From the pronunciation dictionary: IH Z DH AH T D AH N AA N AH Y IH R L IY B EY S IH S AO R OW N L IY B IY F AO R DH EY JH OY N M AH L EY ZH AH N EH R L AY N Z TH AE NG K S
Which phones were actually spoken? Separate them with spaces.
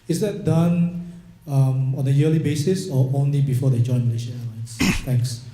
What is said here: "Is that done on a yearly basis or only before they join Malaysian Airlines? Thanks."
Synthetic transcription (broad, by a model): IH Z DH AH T D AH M AA N AH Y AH L IY B EY S IH S AO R OW N L IY B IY F AO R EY JH OY N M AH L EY SH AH EH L AY N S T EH NG K S